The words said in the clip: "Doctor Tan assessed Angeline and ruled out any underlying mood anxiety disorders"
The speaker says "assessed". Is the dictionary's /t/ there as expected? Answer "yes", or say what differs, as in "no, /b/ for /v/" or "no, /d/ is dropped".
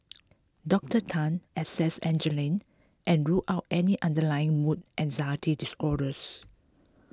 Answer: no, /t/ is dropped